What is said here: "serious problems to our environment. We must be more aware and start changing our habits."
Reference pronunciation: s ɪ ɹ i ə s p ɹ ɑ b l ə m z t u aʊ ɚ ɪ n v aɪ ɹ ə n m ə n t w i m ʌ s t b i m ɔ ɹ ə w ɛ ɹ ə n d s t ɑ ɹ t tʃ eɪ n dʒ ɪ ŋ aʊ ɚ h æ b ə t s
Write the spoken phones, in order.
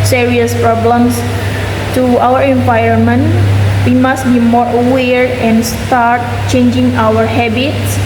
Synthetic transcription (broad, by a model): s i ɹ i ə s p ɹ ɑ b l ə m s t u aʊ ɚ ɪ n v aɪ ə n m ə n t w i m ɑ s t b i m ɔ ɹ ə w ɛ ɹ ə n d s t ɑ ɹ t tʃ eɪ n dʒ ɪ ŋ aʊ ɚ h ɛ b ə t s